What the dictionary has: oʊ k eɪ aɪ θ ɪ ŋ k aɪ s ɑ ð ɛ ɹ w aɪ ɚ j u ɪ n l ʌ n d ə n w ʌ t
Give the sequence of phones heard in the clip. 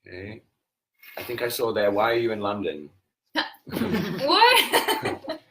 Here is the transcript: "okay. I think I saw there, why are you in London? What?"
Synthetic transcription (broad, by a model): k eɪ aɪ θ ɪ ŋ k aɪ s ɑ ð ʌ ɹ w aɪ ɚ j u ɪ n l ʌ n d ə n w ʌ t